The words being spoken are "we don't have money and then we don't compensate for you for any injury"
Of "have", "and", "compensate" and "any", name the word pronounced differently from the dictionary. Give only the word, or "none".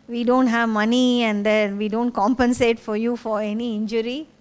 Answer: none